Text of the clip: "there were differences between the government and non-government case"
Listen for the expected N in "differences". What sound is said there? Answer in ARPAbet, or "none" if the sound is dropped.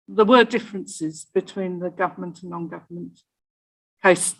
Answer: N